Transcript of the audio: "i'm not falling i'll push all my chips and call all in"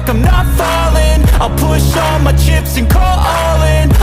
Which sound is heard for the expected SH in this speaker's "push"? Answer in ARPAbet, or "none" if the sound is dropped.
SH